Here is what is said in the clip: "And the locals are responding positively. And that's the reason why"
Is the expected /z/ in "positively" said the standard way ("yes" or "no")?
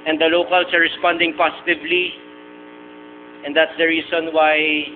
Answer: no